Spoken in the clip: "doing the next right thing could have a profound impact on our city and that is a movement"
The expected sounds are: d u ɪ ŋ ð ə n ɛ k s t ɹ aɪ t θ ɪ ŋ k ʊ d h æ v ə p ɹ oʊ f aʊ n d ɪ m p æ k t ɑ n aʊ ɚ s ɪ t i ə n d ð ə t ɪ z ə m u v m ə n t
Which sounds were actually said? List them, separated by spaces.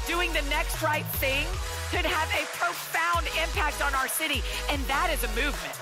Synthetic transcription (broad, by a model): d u ɪ ŋ ð ə n ɛ k s t ɹ aɪ t θ ɪ ŋ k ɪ d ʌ v ə p ɹ oʊ f aʊ n d ɪ m p æ k t n aʊ ɚ s ɪ t i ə n ð ə t ɪ z ə m u v m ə n t